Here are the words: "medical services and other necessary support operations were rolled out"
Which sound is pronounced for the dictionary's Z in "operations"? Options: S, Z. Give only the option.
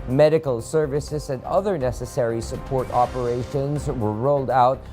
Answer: Z